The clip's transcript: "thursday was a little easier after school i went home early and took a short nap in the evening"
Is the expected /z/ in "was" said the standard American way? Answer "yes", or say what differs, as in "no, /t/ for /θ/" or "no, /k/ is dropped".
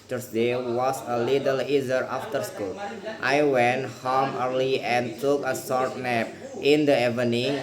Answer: no, /s/ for /z/